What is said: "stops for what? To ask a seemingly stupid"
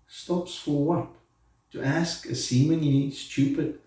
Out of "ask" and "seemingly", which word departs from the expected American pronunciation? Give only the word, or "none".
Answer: none